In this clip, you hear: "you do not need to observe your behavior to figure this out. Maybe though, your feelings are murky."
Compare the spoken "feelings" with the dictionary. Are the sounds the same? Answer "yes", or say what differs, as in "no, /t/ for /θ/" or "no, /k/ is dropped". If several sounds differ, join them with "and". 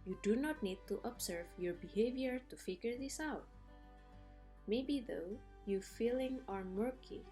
no, /z/ is dropped